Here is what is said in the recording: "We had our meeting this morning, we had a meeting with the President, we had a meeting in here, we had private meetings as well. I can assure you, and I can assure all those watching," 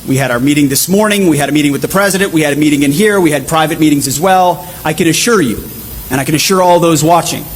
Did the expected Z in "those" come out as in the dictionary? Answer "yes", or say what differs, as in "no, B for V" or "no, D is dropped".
yes